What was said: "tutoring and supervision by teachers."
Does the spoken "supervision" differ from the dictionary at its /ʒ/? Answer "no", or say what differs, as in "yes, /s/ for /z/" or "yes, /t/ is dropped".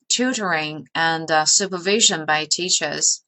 no